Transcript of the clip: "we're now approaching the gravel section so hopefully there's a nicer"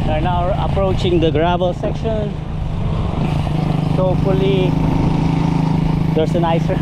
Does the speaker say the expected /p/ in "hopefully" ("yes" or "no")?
no